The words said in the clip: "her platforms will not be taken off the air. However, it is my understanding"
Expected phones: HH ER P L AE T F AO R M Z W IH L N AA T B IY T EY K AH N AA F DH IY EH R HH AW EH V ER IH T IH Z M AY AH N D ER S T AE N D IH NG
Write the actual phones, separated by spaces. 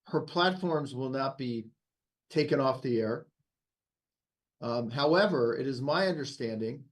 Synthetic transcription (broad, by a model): HH ER P L AE T F AO R M Z W IH L N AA T B IY T EY K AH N AA F DH IY EH R HH AW EH V ER IH T IH Z M AY AH N D ER S T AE N D IH NG